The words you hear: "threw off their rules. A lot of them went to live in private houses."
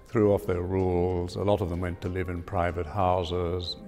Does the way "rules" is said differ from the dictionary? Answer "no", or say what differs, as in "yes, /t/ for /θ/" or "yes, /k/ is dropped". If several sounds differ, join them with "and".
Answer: no